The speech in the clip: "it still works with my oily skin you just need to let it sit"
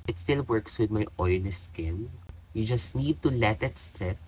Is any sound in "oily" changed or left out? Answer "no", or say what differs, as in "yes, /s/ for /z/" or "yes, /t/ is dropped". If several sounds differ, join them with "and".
yes, /n/ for /l/